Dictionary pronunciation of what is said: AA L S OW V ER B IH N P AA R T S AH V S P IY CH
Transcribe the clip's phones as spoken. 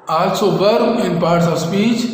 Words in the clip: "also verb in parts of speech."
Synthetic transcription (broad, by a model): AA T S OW B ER IH N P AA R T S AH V S P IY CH